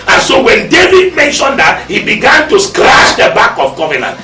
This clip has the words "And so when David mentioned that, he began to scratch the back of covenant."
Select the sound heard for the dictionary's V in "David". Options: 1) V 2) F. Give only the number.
1